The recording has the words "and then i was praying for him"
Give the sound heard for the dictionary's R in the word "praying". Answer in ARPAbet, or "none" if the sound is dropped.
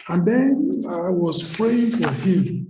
R